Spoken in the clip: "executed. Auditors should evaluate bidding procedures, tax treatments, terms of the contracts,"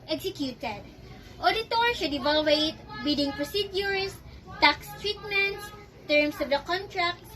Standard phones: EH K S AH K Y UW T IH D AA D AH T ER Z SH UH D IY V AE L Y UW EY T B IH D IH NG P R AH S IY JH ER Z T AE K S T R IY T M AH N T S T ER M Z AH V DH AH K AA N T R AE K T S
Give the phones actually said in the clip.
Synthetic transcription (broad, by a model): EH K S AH K Y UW T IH D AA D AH T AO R SH UH D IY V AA L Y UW EY T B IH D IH NG P R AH S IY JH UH S T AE K S T R IY T M AH N T S T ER M S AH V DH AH K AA N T R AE K T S